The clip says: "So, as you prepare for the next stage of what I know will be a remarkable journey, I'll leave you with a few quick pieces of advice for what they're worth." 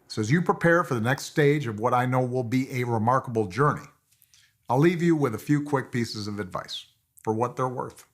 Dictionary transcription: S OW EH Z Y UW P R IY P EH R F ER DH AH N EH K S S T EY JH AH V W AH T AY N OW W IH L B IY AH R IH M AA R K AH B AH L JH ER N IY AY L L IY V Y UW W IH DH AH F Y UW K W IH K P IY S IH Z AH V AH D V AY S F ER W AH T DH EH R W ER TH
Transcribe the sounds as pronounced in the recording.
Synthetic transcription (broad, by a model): S EH Z Y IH P R IY P EH R F ER DH AH N EH K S S T EY JH AH V W AH T AY N OW W IH L B IY AH R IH M AA R K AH B L JH ER N IY AY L L IY V Y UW W IH DH AH F Y UW K W IH K P IY S IH Z AH V AH D V AY S F ER W AH T DH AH R W ER TH